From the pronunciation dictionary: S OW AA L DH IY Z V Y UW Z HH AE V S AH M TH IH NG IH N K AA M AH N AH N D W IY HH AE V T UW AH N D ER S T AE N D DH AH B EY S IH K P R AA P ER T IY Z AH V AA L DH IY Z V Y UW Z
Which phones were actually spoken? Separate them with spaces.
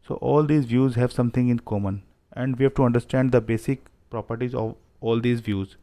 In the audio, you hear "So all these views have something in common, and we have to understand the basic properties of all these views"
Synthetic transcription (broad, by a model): S OW AA L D IY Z V Y UW Z HH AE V S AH M T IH NG IH N K AA M AH N AH N D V IY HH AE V T UW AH N D ER S T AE N D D AH B EY S IH K P R AA P ER T IY Z AH V AA L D IY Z V Y UW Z